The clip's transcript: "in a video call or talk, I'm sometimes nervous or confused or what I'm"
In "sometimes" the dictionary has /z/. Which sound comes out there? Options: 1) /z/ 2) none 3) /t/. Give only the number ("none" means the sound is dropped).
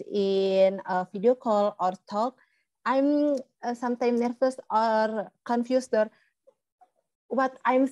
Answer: 2